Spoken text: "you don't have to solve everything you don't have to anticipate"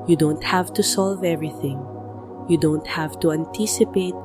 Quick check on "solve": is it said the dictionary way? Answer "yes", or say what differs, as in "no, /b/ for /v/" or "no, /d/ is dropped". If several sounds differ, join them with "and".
yes